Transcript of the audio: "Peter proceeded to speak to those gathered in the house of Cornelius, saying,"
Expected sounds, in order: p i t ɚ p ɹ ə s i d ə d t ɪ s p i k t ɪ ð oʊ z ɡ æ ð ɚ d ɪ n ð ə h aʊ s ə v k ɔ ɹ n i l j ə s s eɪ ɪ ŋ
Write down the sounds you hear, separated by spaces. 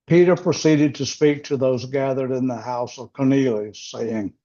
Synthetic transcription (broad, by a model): p i t ɚ p ɹ ə s i d ə d t ɪ s p i k t ɪ ð oʊ z ɡ æ ð ɚ d ɪ n ð ə h aʊ s ə v k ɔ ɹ n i l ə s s eɪ ɪ ŋ